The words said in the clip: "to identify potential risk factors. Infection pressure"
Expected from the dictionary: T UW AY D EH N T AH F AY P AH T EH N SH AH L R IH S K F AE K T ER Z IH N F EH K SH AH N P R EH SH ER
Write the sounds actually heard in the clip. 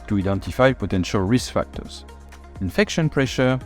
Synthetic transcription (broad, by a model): T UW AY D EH N T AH F AY P AH T EH N SH AH L R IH S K F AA K T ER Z IH N F EH K SH AH N P R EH SH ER